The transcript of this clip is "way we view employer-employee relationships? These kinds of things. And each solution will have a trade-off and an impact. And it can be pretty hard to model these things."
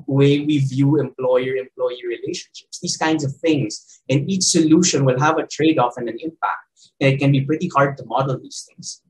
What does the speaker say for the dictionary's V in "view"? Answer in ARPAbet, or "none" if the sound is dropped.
V